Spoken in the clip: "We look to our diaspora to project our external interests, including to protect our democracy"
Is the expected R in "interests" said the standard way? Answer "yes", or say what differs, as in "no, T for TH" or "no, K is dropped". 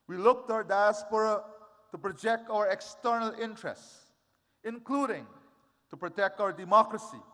yes